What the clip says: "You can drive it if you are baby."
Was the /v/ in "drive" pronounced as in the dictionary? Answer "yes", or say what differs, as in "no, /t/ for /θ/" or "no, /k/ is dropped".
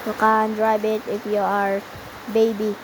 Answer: no, /b/ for /v/